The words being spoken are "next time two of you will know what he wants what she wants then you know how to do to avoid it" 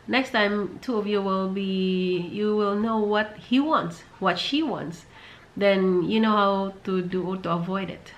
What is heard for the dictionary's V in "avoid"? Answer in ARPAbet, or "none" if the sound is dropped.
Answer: V